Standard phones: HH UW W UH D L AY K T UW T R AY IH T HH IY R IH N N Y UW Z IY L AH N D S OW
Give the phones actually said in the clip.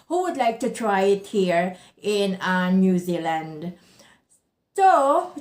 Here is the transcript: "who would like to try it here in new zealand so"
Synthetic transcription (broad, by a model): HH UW W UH D L AY K T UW T R AY IH T HH IY R IH N N Y UW Z IY L AH N D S OW